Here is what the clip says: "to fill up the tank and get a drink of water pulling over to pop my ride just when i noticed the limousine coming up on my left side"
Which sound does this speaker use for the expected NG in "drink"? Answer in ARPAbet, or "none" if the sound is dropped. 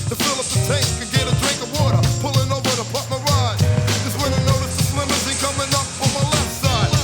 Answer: NG